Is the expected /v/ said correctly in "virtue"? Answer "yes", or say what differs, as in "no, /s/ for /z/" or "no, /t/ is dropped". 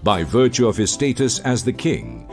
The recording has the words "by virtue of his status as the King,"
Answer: yes